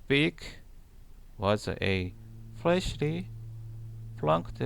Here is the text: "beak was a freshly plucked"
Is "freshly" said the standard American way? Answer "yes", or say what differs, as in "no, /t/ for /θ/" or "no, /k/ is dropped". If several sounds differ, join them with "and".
no, /l/ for /ɹ/